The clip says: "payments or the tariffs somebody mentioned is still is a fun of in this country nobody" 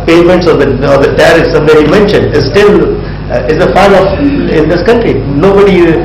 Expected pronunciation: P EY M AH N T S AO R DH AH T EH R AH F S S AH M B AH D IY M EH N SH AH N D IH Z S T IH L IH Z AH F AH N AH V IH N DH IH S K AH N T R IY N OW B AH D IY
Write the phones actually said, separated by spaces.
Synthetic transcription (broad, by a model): P EY M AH N T S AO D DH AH T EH R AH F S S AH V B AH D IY M EH N SH AH N D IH S T IH L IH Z AH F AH L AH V IH N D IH S K AH N T R IY N OW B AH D IY